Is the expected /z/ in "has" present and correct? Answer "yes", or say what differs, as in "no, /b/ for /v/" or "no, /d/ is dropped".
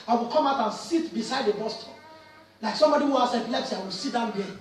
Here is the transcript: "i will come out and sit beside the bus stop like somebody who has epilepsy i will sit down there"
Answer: no, /s/ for /z/